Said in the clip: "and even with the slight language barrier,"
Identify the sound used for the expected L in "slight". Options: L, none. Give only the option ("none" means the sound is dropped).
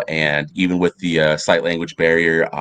none